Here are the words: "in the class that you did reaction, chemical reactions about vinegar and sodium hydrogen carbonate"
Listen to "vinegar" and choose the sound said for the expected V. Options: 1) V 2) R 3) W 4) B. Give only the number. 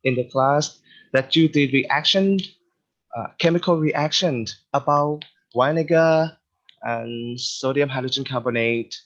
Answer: 3